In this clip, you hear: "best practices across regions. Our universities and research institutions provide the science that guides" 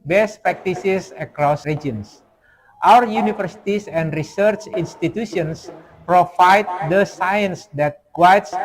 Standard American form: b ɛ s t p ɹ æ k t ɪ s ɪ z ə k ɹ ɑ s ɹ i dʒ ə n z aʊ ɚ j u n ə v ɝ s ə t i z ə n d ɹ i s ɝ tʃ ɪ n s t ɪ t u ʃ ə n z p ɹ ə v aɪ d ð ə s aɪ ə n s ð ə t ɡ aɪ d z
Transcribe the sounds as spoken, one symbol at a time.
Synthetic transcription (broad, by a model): b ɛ s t p ɹ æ k t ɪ s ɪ s ə k ɹ ɑ s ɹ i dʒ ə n s aʊ ɚ j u n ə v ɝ s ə t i s ə n d ɹ i s ɝ tʃ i n s t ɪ t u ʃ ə n s p ɹ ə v aɪ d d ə s aɪ ə n s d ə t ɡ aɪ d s